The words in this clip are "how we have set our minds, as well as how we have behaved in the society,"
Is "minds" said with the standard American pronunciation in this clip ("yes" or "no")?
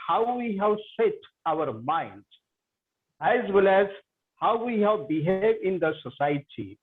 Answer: no